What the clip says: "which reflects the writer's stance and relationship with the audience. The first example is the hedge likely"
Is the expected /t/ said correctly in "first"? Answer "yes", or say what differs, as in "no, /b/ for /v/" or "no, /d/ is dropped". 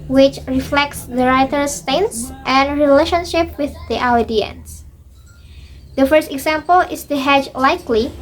yes